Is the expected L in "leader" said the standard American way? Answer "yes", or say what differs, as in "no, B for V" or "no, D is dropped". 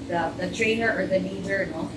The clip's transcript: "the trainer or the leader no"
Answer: no, N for L